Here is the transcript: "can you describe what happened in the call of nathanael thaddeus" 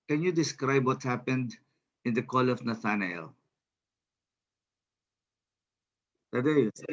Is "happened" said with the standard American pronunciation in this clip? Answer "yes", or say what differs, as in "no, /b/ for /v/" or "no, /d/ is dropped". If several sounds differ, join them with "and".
yes